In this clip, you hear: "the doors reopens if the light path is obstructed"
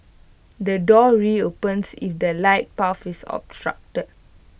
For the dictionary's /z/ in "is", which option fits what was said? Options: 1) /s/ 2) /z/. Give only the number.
1